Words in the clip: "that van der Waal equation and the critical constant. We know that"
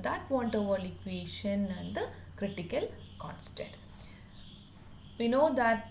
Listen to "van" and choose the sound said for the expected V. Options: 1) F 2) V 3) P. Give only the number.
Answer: 3